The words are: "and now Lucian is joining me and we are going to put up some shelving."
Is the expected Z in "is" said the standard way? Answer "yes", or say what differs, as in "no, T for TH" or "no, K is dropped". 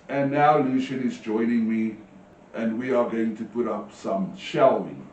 yes